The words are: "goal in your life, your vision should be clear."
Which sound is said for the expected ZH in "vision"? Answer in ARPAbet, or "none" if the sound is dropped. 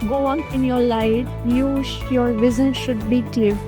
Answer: Z